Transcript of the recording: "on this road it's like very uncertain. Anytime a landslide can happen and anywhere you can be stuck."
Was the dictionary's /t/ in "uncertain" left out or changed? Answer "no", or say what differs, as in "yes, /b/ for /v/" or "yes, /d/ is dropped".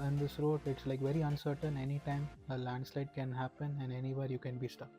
no